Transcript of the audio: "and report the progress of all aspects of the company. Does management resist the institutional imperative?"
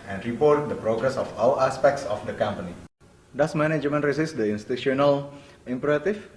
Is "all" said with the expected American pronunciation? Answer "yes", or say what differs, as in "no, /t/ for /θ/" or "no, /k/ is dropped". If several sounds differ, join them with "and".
no, /w/ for /l/